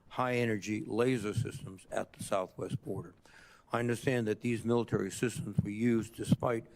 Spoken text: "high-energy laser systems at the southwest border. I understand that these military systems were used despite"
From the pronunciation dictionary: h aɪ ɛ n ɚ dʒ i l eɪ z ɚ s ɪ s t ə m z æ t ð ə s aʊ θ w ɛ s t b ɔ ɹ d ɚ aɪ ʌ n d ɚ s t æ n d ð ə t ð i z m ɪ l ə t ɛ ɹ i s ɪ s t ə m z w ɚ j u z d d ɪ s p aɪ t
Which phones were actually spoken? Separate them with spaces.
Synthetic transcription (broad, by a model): h aɪ ɛ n ɚ dʒ i l eɪ z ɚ s ɪ s t ə m z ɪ t ð ə s aʊ θ w ɛ s t b ɔ ɹ d ɚ aɪ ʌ n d ɚ s t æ n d ð ə t ð i z m ɪ l ə t ɛ ɹ i s ɪ s t ə m z w ɚ j u z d d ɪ s p aɪ t